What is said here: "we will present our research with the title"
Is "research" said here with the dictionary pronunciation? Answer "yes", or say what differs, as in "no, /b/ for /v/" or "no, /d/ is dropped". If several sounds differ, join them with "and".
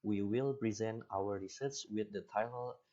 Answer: no, /s/ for /tʃ/